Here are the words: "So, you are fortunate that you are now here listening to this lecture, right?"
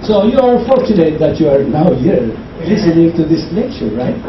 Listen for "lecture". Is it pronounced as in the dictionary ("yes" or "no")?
no